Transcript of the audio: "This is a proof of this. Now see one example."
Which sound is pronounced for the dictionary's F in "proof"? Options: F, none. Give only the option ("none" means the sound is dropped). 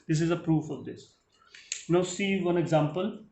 F